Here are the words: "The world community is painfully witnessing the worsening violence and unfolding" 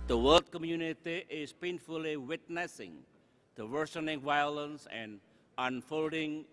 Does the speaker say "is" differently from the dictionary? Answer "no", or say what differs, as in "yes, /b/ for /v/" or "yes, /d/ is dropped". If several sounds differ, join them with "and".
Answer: yes, /s/ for /z/